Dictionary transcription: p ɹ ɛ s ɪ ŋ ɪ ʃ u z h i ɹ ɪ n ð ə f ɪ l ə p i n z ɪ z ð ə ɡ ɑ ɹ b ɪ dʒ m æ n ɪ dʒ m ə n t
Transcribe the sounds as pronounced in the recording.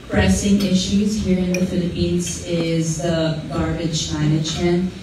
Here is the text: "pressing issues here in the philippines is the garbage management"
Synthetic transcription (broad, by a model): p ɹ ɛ s ɪ ŋ ɪ ʃ u z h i ɹ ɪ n ð ə f ɪ l ə p i n z ɪ z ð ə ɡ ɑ ɹ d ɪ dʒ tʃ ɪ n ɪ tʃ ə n